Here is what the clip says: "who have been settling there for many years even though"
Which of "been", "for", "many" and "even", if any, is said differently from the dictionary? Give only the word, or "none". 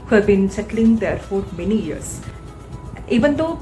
none